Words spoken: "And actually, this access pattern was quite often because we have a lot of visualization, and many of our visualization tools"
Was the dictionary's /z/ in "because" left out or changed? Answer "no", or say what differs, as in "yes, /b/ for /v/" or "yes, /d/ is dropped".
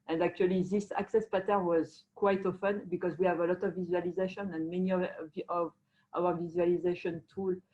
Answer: no